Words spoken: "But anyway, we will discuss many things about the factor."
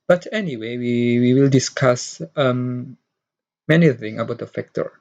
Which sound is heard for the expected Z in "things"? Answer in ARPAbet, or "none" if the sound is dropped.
none